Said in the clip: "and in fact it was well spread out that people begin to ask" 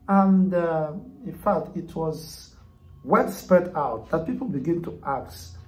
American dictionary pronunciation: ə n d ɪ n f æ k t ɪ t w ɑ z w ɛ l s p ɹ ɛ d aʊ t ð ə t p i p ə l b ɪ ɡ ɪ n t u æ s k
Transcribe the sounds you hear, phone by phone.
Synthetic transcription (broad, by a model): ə n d ɪ n f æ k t ɪ t w ɑ z w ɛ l s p ɛ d aʊ t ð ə t p i p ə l b ɪ ɡ ɪ n t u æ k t